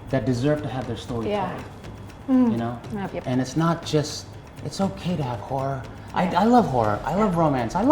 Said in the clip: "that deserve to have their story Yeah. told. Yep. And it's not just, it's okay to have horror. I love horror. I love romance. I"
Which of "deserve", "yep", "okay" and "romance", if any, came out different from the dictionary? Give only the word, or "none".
yep